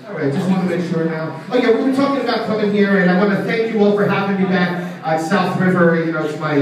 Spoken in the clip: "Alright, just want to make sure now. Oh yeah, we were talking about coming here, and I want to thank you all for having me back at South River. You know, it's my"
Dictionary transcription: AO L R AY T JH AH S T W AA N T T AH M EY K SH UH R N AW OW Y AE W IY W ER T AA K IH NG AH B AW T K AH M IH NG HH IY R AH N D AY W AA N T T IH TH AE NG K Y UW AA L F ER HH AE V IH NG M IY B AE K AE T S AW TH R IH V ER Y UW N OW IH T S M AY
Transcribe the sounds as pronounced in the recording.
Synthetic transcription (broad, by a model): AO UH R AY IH JH AH S T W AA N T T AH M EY K SH UH R N AW OW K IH W IY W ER T AA K IH NG AH B AW T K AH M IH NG HH IY R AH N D AY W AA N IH TH AE NG K Y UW AA L F ER HH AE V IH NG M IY B AE K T S AW TH R IH V ER Y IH N OW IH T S M AY